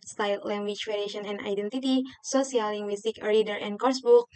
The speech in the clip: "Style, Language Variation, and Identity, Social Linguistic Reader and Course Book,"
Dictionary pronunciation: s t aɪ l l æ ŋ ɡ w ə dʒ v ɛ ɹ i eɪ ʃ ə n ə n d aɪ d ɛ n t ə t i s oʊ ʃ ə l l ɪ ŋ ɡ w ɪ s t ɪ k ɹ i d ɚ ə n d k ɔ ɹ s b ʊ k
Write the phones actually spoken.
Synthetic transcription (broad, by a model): s t aɪ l l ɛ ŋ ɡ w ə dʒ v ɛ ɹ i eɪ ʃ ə n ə n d aɪ d ɛ n t ə t i s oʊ s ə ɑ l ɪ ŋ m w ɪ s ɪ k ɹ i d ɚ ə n k ɔ ɹ s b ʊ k